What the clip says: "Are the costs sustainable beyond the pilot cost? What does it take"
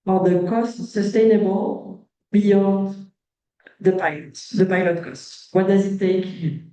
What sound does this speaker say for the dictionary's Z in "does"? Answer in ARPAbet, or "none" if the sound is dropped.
Z